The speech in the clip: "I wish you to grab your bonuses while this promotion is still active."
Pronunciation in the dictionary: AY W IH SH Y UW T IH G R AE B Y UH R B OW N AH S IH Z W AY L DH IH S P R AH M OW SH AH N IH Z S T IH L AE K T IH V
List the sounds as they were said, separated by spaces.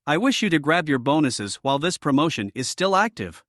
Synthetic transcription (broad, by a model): AY W IH SH Y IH T IH G R AE B Y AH R B OW N AH S IH Z W AY L DH IH S P R AH M OW SH AH N IH Z S T IH L AE K T IH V